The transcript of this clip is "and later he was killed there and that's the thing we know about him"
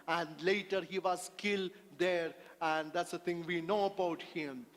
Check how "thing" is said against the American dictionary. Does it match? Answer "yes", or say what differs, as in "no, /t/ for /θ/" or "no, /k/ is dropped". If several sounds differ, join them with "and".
no, /t/ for /θ/